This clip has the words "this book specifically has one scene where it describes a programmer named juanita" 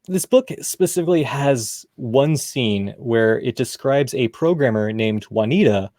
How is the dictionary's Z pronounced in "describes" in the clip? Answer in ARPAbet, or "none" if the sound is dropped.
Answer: Z